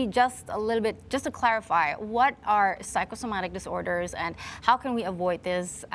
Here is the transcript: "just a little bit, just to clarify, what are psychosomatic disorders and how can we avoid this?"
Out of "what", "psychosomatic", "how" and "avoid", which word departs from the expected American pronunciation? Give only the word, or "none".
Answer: none